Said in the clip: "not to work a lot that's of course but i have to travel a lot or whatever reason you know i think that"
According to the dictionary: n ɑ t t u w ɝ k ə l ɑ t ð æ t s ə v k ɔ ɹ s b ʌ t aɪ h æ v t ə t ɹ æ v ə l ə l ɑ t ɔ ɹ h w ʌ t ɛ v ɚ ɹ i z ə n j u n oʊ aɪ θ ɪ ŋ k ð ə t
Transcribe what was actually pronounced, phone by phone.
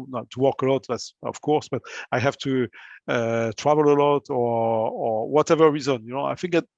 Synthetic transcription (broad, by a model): n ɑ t t u w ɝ k ə l ɑ t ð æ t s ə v k ɔ ɹ s b ʌ t aɪ h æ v t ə t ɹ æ v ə l ə l ɑ t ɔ ɹ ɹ w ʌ t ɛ v ɚ ɹ i z ə n j u n oʊ aɪ f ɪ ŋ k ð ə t